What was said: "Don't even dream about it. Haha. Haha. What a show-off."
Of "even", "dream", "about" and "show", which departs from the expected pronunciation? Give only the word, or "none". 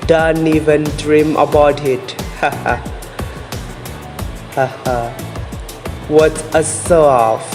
show